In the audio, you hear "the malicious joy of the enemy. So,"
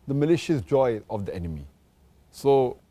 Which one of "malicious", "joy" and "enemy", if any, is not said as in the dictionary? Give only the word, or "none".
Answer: none